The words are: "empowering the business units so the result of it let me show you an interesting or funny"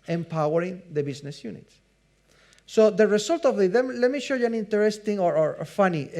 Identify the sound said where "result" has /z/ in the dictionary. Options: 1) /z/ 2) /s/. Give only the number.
2